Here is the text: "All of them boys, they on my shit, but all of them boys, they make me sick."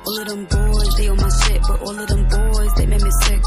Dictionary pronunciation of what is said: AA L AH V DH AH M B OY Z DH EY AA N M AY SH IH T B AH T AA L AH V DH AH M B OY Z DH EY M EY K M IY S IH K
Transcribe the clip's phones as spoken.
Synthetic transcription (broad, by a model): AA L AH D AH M B OY Z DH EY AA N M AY S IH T B AH T AA L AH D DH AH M B OY Z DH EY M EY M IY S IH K